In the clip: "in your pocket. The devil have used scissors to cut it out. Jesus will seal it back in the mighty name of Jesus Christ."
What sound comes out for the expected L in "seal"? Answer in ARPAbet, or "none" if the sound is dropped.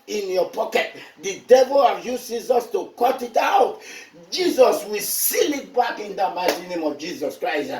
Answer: L